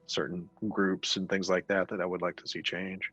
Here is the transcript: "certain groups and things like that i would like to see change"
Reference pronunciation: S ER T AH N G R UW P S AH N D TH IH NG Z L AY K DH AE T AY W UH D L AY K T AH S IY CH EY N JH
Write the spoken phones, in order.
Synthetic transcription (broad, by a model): S ER T N G R UW P S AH N TH IH NG Z L AY K DH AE T AY W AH D L AY K T AH S IY CH EY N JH